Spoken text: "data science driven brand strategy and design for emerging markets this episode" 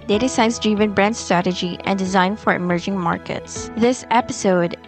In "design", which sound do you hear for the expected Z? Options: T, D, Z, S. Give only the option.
Z